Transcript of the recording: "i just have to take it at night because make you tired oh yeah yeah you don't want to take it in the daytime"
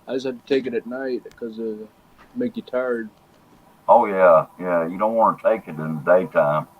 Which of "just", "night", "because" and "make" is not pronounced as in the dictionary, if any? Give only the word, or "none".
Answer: because